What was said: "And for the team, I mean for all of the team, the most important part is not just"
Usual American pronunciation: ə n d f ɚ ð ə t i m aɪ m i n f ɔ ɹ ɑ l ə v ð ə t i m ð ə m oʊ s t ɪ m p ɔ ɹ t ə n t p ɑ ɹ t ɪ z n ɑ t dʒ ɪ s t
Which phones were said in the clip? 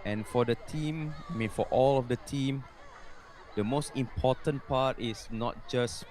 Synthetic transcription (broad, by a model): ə n f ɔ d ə t i m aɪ m i n f ɔ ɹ ɑ l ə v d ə t i m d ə m oʊ s t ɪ m p ɔ t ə n p ɑ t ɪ s n ɑ t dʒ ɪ s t